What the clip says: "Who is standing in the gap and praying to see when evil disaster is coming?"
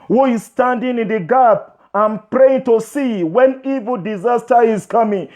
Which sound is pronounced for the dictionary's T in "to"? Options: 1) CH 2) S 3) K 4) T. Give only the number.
4